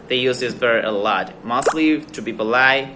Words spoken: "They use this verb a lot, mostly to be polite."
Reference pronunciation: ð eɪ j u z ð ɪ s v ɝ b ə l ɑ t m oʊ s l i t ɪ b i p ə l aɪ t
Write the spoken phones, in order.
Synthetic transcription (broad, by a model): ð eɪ j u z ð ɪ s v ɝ ə l ɑ t m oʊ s l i t ɪ b i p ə l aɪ